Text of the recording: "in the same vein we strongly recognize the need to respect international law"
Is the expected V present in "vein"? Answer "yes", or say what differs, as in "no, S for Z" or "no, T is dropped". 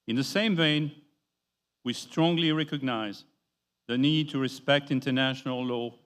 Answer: yes